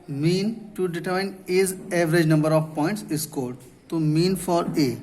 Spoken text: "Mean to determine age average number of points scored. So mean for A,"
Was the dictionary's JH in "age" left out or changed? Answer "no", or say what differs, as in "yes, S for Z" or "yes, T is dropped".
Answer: yes, Z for JH